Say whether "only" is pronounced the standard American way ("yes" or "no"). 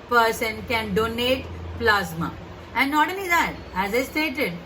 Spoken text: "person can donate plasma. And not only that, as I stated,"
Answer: no